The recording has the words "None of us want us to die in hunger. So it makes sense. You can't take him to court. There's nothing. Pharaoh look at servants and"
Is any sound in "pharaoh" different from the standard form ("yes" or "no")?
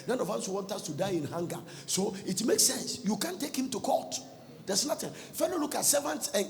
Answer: yes